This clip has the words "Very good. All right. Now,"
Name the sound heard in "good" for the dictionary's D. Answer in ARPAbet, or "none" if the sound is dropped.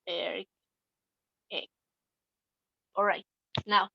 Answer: none